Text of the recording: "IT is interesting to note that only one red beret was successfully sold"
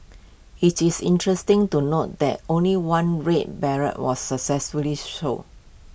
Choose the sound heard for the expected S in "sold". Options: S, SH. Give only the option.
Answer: SH